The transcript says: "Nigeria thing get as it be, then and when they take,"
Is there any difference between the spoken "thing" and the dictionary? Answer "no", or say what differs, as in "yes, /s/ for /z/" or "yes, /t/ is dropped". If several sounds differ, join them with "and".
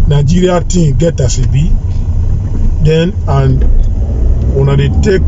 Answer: yes, /t/ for /θ/